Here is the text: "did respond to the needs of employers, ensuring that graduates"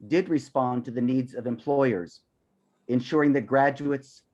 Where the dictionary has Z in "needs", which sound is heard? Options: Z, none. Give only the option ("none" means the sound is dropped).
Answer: Z